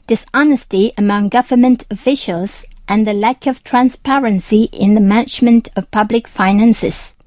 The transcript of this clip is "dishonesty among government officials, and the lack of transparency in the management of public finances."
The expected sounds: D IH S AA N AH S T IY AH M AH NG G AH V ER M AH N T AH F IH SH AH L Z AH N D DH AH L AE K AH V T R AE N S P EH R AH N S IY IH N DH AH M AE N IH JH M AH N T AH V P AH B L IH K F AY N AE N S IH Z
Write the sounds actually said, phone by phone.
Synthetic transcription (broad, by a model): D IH S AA N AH S T IY AH M AH NG G AH V ER M AH N T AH F IH SH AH L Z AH N DH AH L AE K AH V T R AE N S P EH R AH N S IY IH N DH AH M AE N IH JH M AH N T AH V P AH B L IH K F AY N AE N S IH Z